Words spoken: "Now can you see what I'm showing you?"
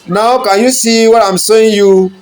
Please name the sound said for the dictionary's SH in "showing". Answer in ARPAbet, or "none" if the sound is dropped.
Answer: S